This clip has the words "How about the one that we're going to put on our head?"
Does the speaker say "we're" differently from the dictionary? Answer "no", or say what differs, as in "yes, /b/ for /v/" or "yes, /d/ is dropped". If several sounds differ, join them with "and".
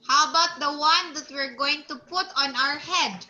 no